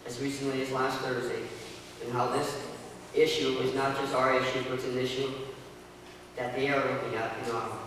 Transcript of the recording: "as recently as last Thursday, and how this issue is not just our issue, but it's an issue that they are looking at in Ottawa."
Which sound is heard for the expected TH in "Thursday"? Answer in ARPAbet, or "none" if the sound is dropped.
TH